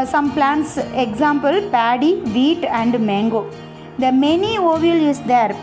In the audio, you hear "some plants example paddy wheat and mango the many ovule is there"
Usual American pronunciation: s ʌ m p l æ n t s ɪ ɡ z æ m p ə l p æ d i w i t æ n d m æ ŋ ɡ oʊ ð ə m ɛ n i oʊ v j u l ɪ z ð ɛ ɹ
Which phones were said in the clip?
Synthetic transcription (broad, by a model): s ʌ m p l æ n t s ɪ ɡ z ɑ m p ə l p æ d i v i t æ n d m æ ŋ ɡ oʊ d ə m ɛ n i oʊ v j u l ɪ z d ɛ ɹ